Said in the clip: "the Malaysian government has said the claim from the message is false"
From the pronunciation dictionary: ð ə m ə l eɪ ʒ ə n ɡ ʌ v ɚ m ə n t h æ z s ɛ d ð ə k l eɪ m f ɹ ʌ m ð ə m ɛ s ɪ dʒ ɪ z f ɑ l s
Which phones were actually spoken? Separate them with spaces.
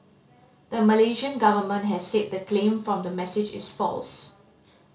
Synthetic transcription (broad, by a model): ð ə m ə l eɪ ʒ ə n ɡ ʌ v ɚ m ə n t h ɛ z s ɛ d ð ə k l eɪ m f ɹ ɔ m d ə m ɛ s ɪ dʒ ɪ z f ɑ l s